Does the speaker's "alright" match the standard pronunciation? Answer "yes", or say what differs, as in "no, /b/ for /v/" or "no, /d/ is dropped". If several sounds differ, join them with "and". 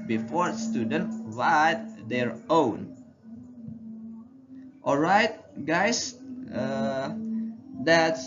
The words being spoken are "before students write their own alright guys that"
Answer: yes